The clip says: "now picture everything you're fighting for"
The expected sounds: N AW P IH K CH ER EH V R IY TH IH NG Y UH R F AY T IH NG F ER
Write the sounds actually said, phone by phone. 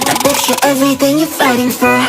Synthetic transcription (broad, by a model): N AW B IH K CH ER EH V R IY TH IH NG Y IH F AY T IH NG F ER